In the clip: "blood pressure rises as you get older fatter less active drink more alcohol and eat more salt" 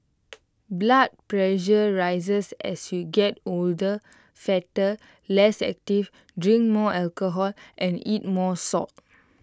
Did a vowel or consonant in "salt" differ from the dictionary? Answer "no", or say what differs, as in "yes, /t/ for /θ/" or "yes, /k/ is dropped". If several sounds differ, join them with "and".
yes, /l/ is dropped